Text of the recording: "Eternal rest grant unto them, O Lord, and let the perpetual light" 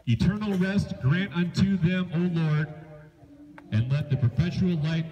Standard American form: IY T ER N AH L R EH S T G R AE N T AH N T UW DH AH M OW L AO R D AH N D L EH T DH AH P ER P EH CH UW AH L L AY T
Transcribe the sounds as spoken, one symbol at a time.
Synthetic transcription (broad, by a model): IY T ER N L R EH S T G R AE N T AH N T UW DH AH M OW L AO R D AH N L EH T DH AH P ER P EH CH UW L L AY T